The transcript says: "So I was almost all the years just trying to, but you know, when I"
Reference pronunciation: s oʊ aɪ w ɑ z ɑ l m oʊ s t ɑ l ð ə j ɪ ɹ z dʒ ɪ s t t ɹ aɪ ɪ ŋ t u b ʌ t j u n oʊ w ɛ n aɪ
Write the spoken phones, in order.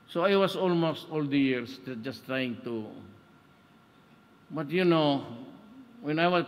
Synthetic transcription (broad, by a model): s oʊ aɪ w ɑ s ɑ l m oʊ s t ɑ l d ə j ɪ ɹ s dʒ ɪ s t t ɹ aɪ ɪ ŋ t u b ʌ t j u n oʊ w ɛ n aɪ